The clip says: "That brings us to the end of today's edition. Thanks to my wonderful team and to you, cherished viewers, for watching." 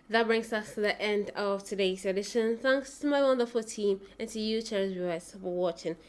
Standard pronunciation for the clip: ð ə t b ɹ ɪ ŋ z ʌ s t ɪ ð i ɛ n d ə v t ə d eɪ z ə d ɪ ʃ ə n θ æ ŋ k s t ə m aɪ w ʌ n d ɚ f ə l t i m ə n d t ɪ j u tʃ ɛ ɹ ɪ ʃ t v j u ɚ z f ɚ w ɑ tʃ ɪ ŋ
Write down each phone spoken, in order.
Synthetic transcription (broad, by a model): ð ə t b ɹ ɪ ŋ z ʌ s t ɪ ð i ɛ n d ə v t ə d eɪ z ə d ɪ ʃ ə n θ æ ŋ k s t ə m aɪ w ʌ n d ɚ f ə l t i m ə n t ɪ j u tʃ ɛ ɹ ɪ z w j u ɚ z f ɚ w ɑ tʃ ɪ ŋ